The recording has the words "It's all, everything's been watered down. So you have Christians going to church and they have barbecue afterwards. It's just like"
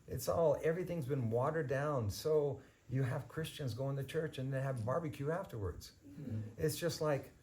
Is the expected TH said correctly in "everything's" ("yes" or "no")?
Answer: yes